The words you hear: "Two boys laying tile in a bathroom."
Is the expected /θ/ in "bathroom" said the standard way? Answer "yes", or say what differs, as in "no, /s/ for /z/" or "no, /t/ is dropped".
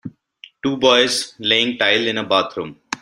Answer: no, /t/ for /θ/